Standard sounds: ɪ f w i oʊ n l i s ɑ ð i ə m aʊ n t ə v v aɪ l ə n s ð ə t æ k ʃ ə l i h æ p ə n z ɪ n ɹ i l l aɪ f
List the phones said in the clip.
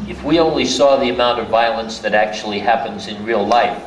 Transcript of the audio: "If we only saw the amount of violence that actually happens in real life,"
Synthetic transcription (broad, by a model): ɪ f w i oʊ n l i s ɑ ð i ə m aʊ n t ə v v aɪ l ə n s ð ə t æ k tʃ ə l i h æ p ə n z ɪ n ɹ i l l aɪ f